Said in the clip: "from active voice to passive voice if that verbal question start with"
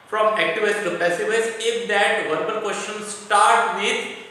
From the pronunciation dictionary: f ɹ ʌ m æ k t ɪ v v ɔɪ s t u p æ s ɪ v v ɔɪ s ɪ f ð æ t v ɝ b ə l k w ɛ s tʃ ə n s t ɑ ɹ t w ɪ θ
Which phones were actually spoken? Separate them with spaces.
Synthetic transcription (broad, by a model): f ɹ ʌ m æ k t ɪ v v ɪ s t u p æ s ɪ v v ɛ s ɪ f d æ t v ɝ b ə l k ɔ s ʃ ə n s t ɑ ɹ t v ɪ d